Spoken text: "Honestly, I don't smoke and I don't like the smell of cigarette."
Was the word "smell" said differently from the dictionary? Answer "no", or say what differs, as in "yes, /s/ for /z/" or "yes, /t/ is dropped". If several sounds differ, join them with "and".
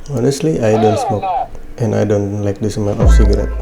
yes, /n/ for /l/